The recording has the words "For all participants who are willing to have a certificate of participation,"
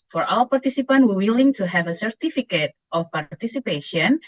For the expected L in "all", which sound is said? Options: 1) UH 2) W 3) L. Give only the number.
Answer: 2